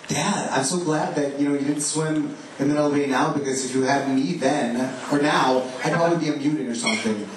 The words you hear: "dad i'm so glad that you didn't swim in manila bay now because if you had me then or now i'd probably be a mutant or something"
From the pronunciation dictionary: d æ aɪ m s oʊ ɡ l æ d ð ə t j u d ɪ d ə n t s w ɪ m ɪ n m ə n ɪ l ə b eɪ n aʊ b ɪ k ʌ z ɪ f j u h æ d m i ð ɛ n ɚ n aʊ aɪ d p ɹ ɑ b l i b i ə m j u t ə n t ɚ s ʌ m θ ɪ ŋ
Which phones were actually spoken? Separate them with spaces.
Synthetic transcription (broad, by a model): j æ aɪ m s oʊ ɡ l æ d ð ə t j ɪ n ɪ d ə n t s w ɪ m ɪ n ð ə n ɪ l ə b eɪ n aʊ b ɪ k ʌ z ɪ f j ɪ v m i ð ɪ n ɚ n aʊ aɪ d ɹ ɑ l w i b i ə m j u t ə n ɚ s ʌ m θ ɪ ŋ